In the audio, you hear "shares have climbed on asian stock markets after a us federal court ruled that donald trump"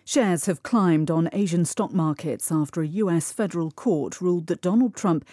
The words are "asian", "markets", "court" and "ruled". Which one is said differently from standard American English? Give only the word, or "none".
none